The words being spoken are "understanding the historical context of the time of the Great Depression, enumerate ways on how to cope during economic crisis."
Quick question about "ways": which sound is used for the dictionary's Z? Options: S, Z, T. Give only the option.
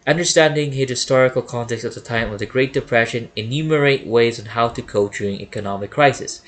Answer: Z